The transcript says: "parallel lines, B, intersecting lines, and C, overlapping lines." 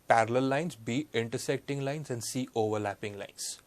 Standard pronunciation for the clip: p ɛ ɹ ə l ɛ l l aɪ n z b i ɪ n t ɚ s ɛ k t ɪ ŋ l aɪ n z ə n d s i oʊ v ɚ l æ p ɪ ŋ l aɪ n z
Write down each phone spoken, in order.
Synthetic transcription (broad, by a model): p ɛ ɹ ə l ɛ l l aɪ n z b i ɪ n t ɚ s ɛ k t ɪ ŋ l aɪ n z ə n d s i oʊ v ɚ l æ p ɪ ŋ l aɪ n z